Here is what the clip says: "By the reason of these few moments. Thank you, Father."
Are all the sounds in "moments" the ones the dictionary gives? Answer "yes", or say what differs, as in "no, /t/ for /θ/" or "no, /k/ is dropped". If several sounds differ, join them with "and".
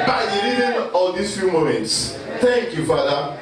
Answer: yes